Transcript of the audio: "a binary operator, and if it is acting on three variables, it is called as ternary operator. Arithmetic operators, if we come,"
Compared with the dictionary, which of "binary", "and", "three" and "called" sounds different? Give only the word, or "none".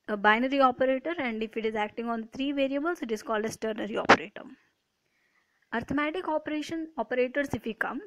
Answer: three